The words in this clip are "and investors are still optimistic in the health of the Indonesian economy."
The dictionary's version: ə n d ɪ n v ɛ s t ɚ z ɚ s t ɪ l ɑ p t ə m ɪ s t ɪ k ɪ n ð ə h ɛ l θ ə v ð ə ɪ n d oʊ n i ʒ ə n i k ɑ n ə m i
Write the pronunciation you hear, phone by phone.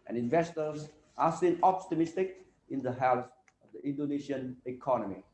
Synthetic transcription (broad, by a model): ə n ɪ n v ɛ s t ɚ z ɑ s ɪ n ɑ p t ə m ɪ s t ɪ k ɪ n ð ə h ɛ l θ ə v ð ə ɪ n d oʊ n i ʃ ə n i k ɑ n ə m i